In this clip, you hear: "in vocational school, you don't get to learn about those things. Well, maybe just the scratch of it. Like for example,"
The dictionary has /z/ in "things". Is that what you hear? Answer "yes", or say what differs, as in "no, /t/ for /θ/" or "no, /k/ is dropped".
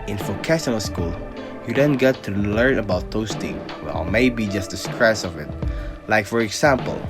no, /z/ is dropped